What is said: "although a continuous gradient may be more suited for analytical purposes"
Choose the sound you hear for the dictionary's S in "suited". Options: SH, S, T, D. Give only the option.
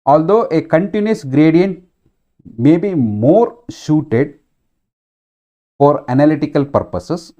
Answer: SH